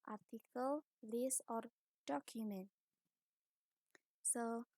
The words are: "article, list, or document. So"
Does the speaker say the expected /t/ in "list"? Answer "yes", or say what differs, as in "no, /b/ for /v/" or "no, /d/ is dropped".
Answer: no, /t/ is dropped